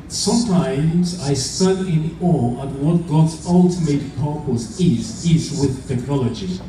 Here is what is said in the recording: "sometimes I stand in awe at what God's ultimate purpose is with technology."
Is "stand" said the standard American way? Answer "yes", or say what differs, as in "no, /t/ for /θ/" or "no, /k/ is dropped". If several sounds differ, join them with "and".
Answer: no, /d/ is dropped